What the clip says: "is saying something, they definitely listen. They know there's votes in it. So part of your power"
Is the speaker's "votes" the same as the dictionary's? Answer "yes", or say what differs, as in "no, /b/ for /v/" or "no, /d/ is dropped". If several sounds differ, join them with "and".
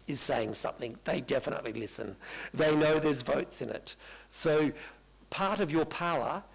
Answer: yes